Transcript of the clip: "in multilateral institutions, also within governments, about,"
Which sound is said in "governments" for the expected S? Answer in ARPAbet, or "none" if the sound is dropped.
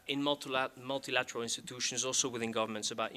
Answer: S